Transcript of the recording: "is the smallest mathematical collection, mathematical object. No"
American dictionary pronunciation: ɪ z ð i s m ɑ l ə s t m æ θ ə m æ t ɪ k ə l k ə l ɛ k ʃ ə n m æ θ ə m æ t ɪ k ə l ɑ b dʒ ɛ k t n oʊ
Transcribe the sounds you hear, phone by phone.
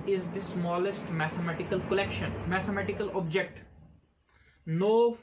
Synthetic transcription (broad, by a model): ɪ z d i s m ɑ l ə s t m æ t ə m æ t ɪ k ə l k ə l ɛ k ʃ ə n m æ t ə m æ t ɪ k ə l ɑ b dʒ ɛ k t n oʊ